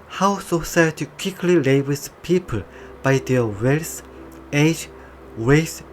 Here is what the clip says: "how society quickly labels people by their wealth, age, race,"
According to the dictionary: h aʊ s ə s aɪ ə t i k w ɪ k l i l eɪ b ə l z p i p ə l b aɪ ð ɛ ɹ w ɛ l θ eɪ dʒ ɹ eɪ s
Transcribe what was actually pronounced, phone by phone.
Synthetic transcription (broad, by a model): h aʊ s ə s aɪ ə t i k w ɪ k l i l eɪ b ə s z p i p ə l b aɪ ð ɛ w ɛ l s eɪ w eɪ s